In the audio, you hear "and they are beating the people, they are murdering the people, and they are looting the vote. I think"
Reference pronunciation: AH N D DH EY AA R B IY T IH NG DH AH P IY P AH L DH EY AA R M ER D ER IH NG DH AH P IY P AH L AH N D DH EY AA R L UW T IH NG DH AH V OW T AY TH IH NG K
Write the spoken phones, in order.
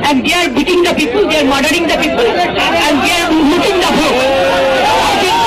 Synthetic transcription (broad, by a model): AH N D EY AA R B IY T IH NG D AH P IY P AH L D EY AA R M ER D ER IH NG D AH P IY P AH L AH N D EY AA R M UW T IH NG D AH B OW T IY